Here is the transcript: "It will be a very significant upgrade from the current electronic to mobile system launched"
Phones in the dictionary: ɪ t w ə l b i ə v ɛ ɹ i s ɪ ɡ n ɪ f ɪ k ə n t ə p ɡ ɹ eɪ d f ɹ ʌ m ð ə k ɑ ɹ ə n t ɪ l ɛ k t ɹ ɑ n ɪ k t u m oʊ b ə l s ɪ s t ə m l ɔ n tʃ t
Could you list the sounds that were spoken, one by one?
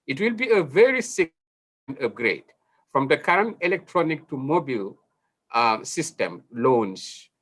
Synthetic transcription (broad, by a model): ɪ t w ə l b i ə v ɛ ɹ i s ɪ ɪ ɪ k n ə p ɡ ɹ eɪ d f ɹ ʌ m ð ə k ɑ ɹ ə n t ɪ l ɛ k t ɹ ɑ n ɪ k t u m oʊ b ə l s ɪ s t ə m l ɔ n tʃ